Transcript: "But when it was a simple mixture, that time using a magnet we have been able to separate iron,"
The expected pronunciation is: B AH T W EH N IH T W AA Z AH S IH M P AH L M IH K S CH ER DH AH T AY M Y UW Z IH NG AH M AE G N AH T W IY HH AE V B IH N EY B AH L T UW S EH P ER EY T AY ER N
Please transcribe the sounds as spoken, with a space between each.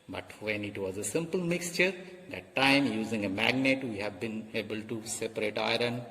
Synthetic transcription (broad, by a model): B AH T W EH N IH T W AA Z AH S IH M P AH L M IH K S CH ER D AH T AY M Y UW Z IH NG AH M AE G N AH T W IY HH AE V B IH N EY B AH L T UW S EH P ER EY T AY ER N